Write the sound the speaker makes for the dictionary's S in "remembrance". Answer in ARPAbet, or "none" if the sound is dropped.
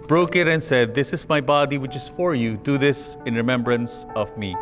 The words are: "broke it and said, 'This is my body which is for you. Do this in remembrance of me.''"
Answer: S